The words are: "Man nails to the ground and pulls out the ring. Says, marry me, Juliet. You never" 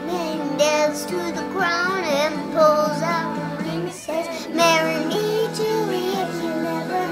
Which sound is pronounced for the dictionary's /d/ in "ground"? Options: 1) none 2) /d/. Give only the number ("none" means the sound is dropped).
1